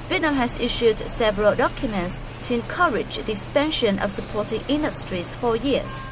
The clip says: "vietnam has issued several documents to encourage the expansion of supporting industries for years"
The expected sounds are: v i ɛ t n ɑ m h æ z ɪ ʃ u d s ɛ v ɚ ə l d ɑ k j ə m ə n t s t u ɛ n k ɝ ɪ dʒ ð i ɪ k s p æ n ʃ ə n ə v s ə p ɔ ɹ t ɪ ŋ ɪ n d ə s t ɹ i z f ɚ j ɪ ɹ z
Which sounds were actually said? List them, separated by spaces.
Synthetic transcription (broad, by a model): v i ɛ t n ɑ m h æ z ɪ ʃ u d s ɛ v ɚ ə l d ɑ k j ə m ə n t s t u ɛ n k ɝ ɪ dʒ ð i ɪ k s p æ n ʃ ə n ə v s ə p ɔ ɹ t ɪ ŋ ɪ n d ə s t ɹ i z f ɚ j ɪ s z